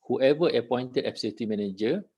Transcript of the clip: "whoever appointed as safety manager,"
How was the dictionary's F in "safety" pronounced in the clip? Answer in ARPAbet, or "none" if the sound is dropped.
none